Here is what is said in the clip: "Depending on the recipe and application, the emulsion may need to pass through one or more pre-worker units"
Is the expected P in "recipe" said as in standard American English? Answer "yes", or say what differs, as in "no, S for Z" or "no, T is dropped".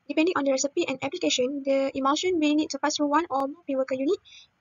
yes